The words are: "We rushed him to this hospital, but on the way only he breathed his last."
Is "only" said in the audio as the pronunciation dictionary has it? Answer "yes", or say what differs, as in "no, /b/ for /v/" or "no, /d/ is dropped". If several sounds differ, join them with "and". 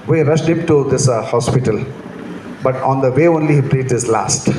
yes